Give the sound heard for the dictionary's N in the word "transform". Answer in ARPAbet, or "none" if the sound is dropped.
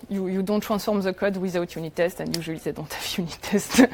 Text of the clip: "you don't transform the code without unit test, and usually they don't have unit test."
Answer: none